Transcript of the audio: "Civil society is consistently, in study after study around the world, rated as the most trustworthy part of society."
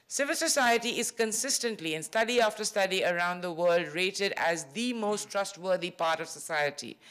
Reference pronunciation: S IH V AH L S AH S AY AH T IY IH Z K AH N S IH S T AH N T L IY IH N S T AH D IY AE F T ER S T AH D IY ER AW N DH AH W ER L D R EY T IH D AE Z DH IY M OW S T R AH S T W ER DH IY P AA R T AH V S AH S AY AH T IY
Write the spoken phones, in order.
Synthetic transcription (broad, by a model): S IH V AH L S AH S AY AH T IY IH Z K AH N S IH S T AH N T L IY IH N S T AH D IY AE F T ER S T AH D IY ER AW N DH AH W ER L D R EY T IH D AE Z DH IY M OW S T R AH S T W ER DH IY P AA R T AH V S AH S AY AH T IY